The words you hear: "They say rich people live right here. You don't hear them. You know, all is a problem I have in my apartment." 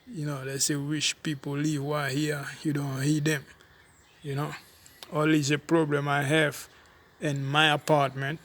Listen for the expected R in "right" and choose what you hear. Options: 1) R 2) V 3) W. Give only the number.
3